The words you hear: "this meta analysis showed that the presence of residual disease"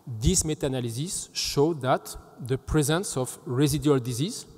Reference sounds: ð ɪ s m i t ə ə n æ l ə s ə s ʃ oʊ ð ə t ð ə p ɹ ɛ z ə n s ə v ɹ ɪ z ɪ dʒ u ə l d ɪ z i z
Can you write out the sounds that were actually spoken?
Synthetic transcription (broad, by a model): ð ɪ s m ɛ t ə n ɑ l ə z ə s ʃ oʊ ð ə t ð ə p ɹ ɛ z ə n s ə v ɹ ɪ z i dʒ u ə l d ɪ z i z